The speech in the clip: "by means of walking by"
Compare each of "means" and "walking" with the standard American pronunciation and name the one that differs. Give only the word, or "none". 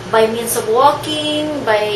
means